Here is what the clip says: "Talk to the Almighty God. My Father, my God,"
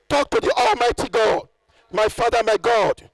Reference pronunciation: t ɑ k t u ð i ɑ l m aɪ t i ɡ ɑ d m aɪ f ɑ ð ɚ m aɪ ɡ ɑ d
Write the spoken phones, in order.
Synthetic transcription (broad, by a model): t ɑ k t u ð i ɑ l m aɪ t i ɡ ɑ d m aɪ f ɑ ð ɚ m aɪ ɡ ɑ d